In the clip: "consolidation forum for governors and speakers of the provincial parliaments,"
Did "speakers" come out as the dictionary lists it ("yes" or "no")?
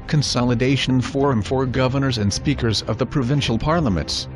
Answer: yes